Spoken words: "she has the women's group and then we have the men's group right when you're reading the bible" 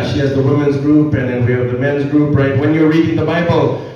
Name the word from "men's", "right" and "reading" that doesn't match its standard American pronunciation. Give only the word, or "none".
none